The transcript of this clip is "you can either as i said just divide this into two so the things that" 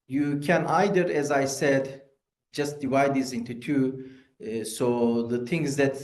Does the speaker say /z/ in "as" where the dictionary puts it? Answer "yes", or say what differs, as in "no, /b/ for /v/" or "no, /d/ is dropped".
yes